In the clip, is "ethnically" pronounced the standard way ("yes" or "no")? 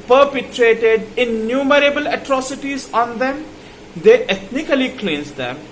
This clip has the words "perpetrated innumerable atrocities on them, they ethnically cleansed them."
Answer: no